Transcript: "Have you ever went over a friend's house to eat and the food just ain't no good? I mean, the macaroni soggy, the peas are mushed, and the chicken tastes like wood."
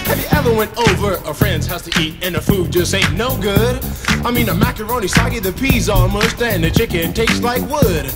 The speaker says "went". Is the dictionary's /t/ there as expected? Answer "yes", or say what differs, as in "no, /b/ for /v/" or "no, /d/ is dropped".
yes